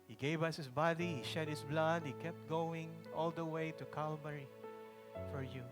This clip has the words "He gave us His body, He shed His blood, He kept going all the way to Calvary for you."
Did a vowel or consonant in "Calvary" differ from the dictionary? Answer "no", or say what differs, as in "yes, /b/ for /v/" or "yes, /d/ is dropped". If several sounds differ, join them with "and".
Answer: yes, /b/ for /v/